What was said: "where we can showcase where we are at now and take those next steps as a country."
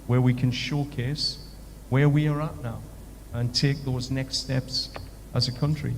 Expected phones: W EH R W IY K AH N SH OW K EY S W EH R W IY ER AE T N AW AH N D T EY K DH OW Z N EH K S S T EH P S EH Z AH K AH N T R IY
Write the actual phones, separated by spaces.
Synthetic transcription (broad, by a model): W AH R W IY K AH N SH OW K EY S W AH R W IY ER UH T N AW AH N T EY K DH OW Z N EH K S S T EH P S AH Z AH K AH N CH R IY